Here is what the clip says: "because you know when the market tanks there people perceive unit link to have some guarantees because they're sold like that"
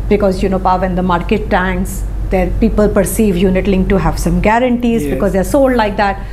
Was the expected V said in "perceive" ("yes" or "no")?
yes